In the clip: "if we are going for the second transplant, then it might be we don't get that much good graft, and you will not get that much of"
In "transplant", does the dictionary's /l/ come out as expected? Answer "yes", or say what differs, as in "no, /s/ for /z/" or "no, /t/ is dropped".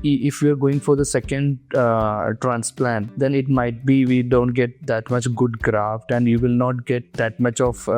yes